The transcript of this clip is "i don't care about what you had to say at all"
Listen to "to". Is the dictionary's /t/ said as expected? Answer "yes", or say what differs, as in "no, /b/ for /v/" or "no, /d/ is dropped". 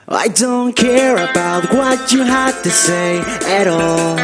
yes